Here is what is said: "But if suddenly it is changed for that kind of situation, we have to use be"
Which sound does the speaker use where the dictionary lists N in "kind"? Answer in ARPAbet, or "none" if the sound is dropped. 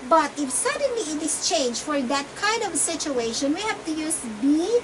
N